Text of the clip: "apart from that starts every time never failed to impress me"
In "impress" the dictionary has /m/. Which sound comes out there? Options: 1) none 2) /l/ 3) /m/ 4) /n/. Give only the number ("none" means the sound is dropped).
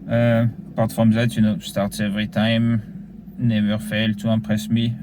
1